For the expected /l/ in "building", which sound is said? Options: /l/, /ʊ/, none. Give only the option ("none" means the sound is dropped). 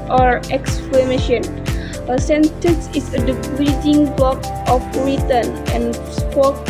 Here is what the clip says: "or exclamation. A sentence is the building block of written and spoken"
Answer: none